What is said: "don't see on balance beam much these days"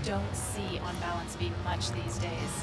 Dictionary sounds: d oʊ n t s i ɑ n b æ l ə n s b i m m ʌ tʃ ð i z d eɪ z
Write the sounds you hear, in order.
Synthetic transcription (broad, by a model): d oʊ n t s i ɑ n b æ l ə n s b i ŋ m ʌ tʃ ð i z d eɪ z